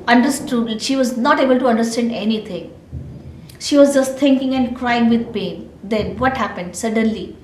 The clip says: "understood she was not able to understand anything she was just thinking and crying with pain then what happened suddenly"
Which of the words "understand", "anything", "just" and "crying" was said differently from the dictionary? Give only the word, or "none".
anything